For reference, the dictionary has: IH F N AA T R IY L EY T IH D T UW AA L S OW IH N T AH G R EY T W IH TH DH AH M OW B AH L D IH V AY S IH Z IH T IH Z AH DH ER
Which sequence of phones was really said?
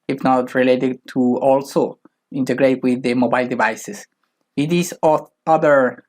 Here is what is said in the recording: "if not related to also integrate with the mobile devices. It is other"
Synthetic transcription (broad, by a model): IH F N AA T R IY L EY T IH D T UW AA L S OW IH N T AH G R EY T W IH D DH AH M OW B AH L D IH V AY S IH S IH T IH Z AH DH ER